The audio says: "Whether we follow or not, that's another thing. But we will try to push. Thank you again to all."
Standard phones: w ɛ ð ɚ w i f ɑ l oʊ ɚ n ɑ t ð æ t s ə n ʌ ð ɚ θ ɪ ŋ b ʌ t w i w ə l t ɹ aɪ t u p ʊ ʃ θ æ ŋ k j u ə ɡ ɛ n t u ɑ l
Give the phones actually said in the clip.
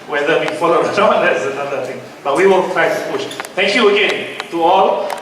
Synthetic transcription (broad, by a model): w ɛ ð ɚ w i f ɑ l oʊ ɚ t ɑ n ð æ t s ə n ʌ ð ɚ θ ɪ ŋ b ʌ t w i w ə n t ɹ aɪ t u p ʊ ʃ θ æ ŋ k j u ə ɡ ɛ n t u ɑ l